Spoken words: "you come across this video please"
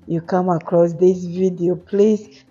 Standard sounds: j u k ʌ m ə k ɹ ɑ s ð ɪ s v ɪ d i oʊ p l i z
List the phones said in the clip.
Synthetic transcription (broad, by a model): j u k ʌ m ə k ɹ ɑ s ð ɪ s v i d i oʊ p l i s